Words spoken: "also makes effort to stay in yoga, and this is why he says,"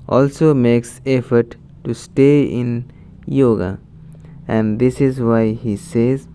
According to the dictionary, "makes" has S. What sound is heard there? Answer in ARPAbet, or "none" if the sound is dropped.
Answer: S